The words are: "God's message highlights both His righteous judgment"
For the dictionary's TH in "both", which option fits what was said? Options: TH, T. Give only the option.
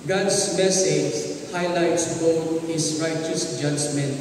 T